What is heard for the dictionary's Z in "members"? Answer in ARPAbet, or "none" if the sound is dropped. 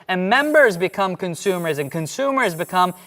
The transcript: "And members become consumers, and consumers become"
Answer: Z